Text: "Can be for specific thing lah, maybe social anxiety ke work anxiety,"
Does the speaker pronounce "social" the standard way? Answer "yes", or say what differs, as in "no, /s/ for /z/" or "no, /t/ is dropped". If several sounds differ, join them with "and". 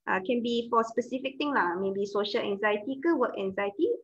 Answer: yes